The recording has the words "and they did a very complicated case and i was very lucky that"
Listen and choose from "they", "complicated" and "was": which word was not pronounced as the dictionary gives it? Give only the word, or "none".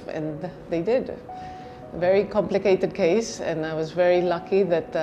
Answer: none